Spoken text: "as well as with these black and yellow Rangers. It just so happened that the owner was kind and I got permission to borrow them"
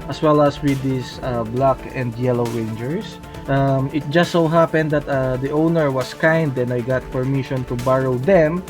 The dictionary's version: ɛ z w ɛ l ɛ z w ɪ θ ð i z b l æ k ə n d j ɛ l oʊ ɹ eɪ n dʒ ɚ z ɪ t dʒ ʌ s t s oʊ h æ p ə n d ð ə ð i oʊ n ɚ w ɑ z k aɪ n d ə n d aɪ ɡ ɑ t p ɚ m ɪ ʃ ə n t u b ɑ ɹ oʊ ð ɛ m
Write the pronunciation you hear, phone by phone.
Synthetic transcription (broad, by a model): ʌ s w ɛ l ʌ s w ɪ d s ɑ b l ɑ k ə n d j ɛ l oʊ ɹ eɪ n dʒ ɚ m ɪ t dʒ ʌ s t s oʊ h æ p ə n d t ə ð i oʊ n ɚ w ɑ s k aɪ n d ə n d aɪ ɡ ɑ t p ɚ m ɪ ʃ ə n t u b ɑ ɹ oʊ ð ɛ m